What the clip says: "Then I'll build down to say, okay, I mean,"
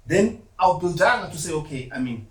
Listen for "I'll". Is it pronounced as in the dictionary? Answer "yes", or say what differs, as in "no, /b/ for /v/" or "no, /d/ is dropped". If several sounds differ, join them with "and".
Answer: no, /w/ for /l/